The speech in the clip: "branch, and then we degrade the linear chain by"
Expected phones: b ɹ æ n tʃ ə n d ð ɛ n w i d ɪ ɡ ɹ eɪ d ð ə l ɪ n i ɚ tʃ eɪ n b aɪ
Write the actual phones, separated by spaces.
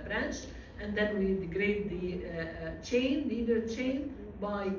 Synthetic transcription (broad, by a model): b ɹ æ n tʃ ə n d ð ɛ n w i d ɪ ɡ ɹ eɪ d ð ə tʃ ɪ n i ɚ tʃ eɪ n b aɪ